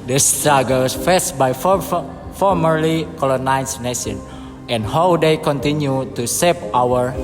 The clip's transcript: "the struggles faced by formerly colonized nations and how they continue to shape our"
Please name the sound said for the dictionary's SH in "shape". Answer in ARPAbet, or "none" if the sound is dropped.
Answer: S